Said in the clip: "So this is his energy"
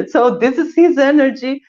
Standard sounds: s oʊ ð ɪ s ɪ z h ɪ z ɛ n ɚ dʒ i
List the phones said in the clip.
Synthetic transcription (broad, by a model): s oʊ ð ɪ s ɪ z h ɪ z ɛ n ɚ dʒ i